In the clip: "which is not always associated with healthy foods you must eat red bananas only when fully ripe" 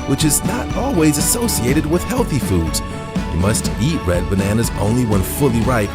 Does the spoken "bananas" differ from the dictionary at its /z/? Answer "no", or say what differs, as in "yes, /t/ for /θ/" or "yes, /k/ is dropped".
no